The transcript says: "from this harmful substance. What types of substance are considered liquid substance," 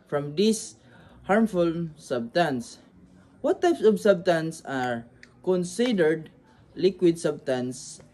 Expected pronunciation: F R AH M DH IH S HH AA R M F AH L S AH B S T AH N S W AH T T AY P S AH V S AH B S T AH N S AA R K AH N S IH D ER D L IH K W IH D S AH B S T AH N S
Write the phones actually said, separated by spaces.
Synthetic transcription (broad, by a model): F R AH M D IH S HH AA R M F AH L S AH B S T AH N S W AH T T AY P S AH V S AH B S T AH N S AA R K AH N S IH D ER D L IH K W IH D S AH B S T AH N S